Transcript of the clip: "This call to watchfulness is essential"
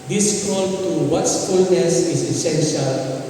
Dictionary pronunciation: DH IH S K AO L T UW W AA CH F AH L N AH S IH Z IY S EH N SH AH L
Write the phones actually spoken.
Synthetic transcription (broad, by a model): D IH S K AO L T UW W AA S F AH L N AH S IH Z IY S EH N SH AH L